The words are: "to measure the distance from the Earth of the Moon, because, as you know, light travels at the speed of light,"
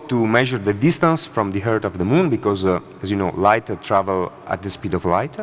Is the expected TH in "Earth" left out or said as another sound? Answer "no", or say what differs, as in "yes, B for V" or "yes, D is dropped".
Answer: yes, T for TH